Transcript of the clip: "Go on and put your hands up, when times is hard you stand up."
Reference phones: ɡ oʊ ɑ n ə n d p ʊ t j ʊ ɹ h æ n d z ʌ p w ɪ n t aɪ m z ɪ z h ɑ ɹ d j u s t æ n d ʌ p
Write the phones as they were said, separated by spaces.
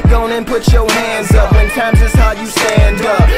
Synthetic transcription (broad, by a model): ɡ oʊ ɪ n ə n p ʊ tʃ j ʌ ɹ h æ n d z ʌ p w ɪ n t aɪ m z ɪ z h ɑ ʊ j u s t æ n d ʌ p